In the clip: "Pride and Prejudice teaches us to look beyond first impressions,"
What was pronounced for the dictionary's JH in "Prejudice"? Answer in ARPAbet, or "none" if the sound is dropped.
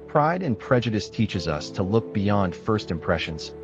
JH